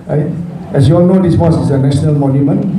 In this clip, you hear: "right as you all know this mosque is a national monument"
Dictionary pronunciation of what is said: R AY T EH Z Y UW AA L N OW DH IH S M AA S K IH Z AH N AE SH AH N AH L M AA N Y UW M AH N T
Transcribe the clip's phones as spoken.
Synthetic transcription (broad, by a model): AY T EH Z Y UW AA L N OW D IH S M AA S IH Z AH N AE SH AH N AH L M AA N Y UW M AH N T